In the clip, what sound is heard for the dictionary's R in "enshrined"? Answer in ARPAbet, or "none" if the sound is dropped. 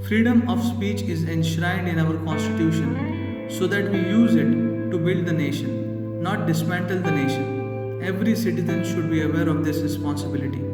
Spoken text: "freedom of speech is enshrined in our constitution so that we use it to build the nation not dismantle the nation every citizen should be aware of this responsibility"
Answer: R